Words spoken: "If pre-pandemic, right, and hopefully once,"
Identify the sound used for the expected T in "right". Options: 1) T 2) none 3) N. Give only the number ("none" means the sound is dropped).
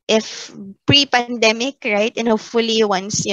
1